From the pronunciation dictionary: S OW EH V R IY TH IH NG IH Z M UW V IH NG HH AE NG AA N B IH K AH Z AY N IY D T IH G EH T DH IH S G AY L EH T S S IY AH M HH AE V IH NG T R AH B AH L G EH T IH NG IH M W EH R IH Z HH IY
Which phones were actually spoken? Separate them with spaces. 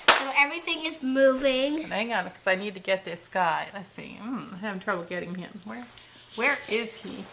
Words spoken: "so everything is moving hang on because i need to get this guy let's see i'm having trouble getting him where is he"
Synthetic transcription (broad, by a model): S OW EH V R IY TH IH NG IH Z M UW V IH NG HH AE NG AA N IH K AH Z AY N IY D T IH G EH T DH IH S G AY N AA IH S S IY AH M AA IH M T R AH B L G EH T IH NG IH M W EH R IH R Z IY